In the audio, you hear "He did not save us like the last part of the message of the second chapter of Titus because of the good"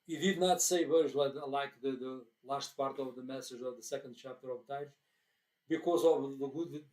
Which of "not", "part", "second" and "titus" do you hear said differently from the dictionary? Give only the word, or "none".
titus